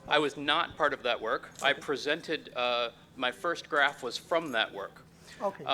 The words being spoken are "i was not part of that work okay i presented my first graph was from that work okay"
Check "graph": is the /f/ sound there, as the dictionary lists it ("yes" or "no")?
yes